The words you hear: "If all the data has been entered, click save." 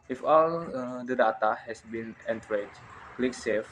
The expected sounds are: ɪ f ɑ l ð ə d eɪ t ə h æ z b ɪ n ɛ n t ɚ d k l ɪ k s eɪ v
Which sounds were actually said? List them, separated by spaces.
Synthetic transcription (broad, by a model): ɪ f ɑ l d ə d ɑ t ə h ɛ s b ɪ n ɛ n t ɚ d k l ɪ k s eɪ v